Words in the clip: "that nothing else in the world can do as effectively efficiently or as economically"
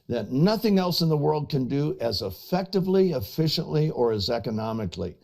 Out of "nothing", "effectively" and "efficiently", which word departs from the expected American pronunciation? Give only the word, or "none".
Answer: none